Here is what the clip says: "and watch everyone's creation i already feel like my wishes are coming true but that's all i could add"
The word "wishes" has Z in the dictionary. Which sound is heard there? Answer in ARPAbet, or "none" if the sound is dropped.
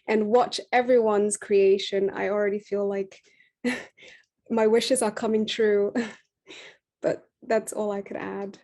Z